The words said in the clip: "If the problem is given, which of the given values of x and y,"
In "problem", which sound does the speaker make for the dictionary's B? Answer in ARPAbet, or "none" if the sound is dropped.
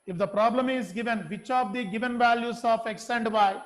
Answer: B